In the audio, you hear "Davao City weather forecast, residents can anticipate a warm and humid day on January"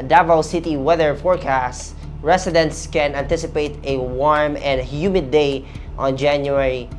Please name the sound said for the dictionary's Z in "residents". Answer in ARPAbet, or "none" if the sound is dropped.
S